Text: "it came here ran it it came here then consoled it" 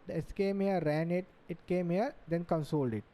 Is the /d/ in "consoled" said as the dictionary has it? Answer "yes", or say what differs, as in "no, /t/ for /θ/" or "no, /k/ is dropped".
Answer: yes